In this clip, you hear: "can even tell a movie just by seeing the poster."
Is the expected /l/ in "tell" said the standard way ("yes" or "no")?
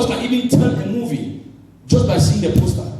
no